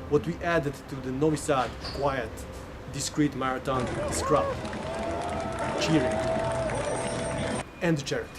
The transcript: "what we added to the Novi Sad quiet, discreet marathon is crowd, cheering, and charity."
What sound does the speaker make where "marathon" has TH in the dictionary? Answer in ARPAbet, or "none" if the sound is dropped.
T